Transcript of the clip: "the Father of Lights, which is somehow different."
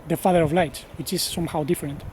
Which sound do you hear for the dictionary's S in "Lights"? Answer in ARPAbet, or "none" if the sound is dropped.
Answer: none